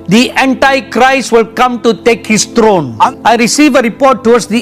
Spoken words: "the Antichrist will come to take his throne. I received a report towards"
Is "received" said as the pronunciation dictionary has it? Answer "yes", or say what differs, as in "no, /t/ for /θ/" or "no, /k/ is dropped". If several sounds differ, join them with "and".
no, /d/ is dropped